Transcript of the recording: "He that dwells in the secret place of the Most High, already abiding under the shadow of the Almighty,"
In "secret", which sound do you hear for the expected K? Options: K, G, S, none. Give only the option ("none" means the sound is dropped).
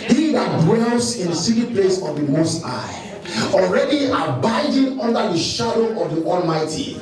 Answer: none